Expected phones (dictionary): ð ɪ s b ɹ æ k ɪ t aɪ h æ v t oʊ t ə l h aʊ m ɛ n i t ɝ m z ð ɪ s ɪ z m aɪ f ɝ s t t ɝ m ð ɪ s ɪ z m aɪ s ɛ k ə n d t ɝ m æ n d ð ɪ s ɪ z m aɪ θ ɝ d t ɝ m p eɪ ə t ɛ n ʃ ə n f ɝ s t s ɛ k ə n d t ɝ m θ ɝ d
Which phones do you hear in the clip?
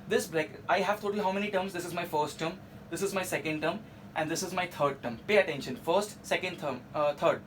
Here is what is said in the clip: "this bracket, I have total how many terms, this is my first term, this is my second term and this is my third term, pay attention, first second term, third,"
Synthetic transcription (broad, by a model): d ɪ s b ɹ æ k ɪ ɪ h æ v t oʊ t ə l h aʊ m ɛ n i t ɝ m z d ɪ s ɪ z m aɪ f ɝ s t t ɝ m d ɪ s ɪ z m aɪ s ɛ k ə n d t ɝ m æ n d ɪ s ɪ z m aɪ t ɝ d t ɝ m p eɪ ə t ɛ n ʃ ə n f ɝ s t s ɛ k ə n d t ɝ m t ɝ d